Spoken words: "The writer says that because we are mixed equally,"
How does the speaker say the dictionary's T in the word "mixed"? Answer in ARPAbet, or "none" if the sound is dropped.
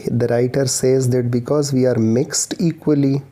T